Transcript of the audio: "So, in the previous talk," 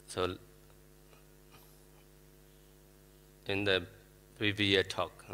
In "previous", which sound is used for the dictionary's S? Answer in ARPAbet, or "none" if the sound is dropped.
none